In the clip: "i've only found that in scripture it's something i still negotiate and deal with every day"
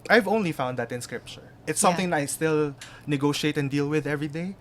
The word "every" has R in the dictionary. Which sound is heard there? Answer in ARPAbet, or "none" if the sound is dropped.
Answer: R